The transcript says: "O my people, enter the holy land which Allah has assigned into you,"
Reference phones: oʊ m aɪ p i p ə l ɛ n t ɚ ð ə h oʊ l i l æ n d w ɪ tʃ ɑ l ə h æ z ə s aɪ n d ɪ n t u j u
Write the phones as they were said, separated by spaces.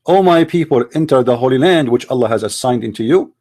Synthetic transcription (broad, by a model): oʊ m aɪ p i p ə l ɛ n t ɚ ð ə h oʊ l i l æ n d w ɪ tʃ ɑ l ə h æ z ə s aɪ n d ɪ n t u j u